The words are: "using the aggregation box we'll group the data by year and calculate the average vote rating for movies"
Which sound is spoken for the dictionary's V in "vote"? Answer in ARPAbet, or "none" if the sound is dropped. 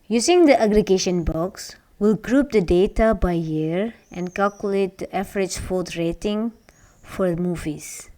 F